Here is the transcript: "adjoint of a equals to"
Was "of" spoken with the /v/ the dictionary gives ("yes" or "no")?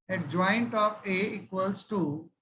no